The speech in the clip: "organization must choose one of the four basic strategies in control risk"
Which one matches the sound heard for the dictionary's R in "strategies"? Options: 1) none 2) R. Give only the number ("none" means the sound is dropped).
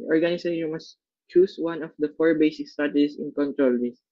1